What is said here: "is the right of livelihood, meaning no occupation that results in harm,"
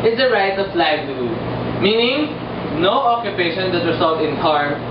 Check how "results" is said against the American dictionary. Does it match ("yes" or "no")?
no